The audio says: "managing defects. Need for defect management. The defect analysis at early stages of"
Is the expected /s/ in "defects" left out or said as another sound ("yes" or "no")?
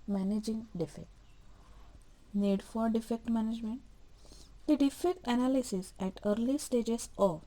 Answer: yes